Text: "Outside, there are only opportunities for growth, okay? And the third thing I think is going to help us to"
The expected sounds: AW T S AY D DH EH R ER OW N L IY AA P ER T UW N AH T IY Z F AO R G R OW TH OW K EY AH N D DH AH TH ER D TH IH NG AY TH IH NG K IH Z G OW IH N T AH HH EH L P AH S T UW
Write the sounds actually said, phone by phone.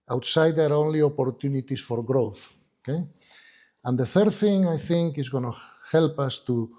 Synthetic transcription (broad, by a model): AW T S AY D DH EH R OW N L IY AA P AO T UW N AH T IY S F AO R G R OW TH OW K EY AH N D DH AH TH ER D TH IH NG AY TH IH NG K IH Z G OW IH N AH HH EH L P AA S T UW